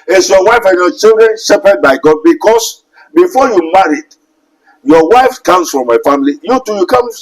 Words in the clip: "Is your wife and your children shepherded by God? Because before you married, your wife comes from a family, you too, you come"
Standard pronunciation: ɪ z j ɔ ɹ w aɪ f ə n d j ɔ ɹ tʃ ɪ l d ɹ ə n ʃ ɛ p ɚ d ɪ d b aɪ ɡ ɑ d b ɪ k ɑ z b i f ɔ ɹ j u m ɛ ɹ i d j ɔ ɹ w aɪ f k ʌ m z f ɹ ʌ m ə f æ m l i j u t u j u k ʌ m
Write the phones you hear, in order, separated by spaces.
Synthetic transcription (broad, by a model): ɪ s j ɔ w aɪ f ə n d j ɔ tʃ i l d ɹ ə n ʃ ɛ p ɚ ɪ d b aɪ ɡ ɑ d b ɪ k ɑ s b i f ɔ j u m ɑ ɹ i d j ɔ w aɪ f k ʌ m s f ɹ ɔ m ə f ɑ m l i j u t u j u k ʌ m